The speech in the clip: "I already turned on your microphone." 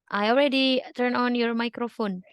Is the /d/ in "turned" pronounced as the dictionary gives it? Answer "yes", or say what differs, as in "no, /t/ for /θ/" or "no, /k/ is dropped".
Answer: no, /d/ is dropped